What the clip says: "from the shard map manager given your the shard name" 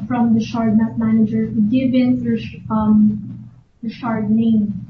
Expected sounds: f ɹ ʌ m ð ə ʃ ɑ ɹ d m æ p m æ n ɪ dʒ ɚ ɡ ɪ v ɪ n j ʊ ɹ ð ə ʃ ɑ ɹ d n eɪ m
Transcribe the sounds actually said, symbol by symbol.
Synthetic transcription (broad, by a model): f ɹ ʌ m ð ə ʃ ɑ ɹ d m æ f m æ n ɪ dʒ ɚ ɡ ɪ v ɪ n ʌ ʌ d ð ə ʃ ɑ ɹ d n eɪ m